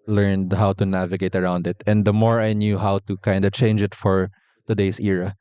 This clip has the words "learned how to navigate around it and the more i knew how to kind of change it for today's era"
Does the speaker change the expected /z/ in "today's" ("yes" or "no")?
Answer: yes